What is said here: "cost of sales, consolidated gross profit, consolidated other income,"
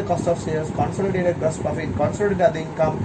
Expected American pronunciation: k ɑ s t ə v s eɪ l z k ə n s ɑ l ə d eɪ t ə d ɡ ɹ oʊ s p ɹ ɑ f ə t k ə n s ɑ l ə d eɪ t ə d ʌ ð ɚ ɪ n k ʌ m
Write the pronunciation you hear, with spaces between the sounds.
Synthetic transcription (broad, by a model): k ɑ s t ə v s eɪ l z k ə n s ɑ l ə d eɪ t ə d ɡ oʊ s p ɹ ɑ f ə t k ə n s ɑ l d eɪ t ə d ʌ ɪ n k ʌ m